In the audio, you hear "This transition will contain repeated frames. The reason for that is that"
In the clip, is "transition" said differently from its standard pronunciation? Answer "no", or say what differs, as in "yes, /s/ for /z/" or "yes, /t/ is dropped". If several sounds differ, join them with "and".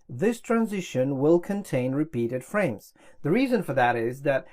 no